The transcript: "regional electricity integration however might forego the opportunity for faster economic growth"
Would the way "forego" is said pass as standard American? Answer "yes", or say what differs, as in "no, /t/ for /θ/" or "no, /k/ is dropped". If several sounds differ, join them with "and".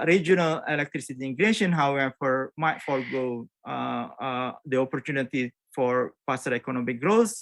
no, /l/ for /ɹ/